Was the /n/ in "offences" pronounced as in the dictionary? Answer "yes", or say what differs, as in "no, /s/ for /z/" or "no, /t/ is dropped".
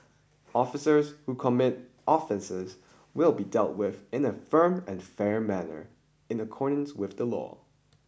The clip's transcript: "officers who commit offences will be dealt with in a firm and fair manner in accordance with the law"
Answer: yes